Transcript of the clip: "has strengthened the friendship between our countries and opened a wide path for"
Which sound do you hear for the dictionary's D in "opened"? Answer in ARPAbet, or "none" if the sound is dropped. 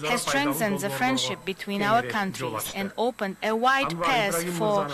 D